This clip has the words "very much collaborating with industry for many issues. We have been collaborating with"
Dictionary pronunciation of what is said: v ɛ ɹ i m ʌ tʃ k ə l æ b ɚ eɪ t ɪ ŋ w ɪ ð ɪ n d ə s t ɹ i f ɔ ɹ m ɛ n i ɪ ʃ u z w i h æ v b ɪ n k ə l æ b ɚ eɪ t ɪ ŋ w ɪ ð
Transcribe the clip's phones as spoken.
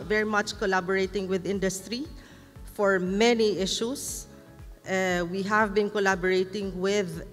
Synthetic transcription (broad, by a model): v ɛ ɹ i m ʌ tʃ k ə l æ b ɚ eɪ t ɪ ŋ w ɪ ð ɪ n d ə s t ɹ i f ɔ ɹ m ɛ n i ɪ ʃ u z w i h æ v b ɪ n k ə l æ b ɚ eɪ t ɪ ŋ w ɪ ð